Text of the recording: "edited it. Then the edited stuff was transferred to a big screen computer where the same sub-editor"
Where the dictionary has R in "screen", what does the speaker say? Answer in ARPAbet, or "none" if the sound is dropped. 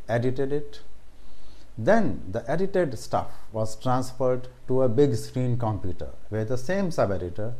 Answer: R